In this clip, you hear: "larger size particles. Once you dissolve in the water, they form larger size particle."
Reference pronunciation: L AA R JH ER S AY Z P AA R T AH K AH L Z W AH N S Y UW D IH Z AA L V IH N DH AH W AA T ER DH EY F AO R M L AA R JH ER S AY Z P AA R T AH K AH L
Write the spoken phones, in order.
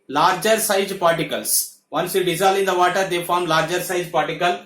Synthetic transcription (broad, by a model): L AA R JH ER S AY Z P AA R T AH K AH L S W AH N S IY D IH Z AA L IH N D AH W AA T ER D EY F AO R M L AA R JH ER S AY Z P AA R T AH K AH L